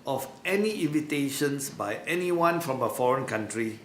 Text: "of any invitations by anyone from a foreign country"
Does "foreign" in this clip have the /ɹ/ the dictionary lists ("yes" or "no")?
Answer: yes